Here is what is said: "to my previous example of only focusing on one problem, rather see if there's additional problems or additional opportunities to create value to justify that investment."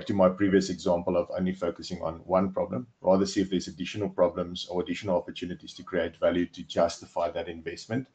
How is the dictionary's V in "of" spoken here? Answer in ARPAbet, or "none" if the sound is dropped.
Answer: V